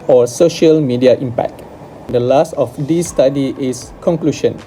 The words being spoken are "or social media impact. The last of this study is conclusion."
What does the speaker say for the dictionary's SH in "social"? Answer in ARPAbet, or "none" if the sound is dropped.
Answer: SH